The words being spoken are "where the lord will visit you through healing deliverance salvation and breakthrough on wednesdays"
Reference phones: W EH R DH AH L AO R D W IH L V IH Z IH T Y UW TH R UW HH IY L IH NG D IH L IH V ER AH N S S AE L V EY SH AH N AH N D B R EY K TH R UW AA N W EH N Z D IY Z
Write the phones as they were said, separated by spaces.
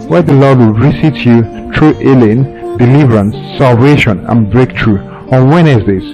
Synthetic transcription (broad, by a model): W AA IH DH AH L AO D W IH L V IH S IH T Y UW T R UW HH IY L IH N D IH L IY V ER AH N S S AE L V EY SH AH N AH N B R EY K T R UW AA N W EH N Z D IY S